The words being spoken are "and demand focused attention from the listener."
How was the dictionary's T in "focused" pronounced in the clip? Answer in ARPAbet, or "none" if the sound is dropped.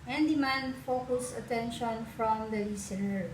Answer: none